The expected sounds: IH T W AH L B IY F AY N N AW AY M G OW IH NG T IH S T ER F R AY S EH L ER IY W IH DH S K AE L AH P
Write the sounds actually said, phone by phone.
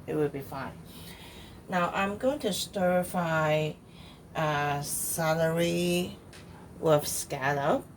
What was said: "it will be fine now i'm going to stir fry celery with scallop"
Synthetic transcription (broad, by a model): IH T W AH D B IY F AY N N AW AY M G OW IH NG T IH S T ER F AY S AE L ER IY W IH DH S K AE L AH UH